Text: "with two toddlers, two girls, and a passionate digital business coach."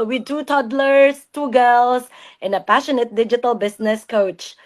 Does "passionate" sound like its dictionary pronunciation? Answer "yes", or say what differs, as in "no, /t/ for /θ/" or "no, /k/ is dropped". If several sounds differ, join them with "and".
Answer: yes